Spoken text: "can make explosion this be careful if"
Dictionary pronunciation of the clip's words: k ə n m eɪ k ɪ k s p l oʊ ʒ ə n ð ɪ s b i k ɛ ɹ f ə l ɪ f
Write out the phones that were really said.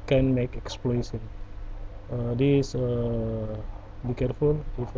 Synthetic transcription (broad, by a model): k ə n m eɪ k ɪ k s p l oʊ s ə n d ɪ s b i k ɛ ɹ f ə l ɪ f